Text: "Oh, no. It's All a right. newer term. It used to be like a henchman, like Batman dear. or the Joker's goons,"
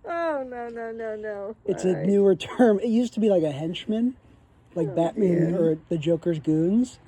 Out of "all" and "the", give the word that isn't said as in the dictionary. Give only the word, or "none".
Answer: all